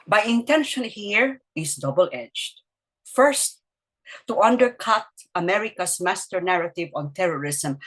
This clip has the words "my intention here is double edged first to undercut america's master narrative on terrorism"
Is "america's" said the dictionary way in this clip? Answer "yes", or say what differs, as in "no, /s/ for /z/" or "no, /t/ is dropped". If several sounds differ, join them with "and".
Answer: no, /s/ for /z/